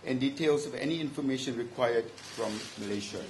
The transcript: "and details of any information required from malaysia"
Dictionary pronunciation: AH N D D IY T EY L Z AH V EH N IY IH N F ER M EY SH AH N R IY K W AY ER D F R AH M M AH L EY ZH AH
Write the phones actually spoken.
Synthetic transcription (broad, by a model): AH N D D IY T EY L S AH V EH N IY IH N F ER M EY SH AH N R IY K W AY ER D F R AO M M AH L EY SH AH